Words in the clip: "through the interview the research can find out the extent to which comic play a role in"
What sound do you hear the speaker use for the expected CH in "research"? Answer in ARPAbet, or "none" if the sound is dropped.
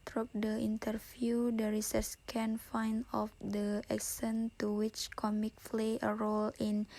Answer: S